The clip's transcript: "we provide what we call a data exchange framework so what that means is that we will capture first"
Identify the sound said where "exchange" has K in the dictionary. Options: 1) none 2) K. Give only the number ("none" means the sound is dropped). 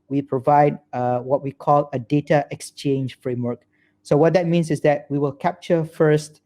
2